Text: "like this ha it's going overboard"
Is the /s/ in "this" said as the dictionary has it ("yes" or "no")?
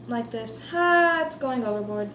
yes